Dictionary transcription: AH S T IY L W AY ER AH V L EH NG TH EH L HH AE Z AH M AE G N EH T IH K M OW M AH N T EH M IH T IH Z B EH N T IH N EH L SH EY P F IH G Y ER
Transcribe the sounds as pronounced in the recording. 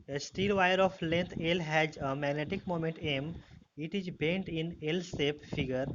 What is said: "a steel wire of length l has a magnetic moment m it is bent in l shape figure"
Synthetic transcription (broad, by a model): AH S T IY L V AY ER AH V L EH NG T EH L HH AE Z AH M AE G N EH T IH K M OW M AH N T EH M IH T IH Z B EH N T IH N EH L S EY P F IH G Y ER